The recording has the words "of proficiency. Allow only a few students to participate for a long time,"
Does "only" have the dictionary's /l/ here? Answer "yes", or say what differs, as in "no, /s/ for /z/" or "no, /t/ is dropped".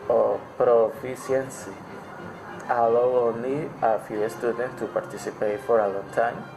no, /l/ is dropped